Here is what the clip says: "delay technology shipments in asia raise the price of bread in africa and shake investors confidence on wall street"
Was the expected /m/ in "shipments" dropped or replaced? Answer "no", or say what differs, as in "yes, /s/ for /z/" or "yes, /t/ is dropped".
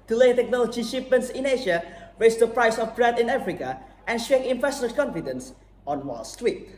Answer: yes, /m/ is dropped